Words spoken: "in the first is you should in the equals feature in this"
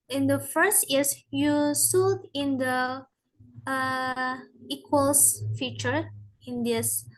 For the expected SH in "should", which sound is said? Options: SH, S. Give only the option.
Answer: S